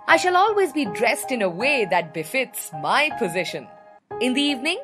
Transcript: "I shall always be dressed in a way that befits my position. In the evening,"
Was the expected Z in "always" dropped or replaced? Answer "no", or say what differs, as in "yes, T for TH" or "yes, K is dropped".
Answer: no